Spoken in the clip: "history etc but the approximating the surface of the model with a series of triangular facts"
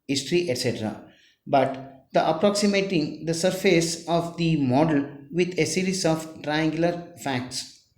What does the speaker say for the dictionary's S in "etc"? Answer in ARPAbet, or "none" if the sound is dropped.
S